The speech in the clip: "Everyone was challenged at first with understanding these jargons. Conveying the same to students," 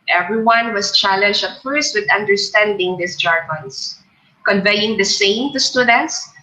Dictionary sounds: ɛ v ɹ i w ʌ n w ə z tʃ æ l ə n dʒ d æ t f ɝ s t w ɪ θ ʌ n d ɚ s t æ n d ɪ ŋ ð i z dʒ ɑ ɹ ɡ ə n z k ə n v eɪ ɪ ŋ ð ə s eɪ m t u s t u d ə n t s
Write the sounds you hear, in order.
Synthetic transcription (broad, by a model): ɛ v ɹ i w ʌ n w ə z tʃ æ l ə n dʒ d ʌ t f ɝ s t w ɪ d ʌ n d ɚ s t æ n d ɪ ŋ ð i s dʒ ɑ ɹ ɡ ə n s k ə n v eɪ ɪ ŋ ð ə s eɪ m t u s t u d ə n t s